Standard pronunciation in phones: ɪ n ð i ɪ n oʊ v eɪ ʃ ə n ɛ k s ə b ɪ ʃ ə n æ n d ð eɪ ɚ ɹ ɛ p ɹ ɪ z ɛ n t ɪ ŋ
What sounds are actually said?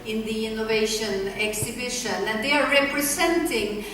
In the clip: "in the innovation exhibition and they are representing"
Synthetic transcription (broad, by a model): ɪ n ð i ɪ n oʊ v eɪ ʃ ə n ɛ k s ə b ɪ ʃ ə n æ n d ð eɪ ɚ ɹ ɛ p ɹ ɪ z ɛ n t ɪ ŋ